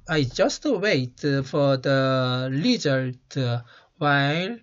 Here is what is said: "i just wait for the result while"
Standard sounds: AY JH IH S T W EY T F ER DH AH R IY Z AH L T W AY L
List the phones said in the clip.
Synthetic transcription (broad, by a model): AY JH IH S T W EY T F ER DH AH L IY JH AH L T W AY L